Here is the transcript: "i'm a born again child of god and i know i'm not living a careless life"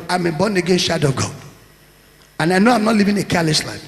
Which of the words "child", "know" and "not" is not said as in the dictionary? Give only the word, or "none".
child